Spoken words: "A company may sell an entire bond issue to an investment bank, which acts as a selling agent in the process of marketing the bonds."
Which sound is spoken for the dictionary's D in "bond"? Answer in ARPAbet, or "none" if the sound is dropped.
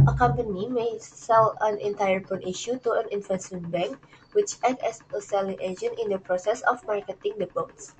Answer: none